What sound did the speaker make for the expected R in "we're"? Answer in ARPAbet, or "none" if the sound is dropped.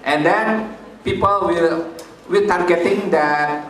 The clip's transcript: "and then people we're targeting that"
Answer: L